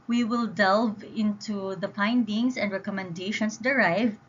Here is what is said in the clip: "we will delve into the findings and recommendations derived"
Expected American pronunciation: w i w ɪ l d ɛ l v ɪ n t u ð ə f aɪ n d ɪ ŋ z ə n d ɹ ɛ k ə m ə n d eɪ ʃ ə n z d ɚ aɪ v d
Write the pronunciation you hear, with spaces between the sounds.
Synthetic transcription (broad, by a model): w i w ɪ l d ɛ l v ɪ n t u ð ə p aɪ n d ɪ ŋ s ə n d ɹ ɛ k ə m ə n d eɪ ʃ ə n s d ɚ aɪ v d